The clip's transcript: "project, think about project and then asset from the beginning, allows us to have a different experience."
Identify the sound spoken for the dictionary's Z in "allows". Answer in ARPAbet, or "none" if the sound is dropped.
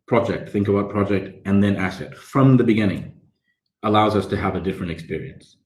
Z